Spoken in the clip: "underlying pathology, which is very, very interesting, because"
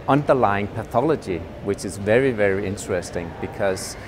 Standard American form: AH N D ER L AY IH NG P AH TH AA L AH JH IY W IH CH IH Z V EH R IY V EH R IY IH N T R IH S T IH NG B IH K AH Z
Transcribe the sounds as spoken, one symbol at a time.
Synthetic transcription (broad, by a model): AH N D ER L AY IH NG P AH TH AA L AH JH IY W IH CH IH Z V EH R IY V EH R IY IH N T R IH S T IH NG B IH K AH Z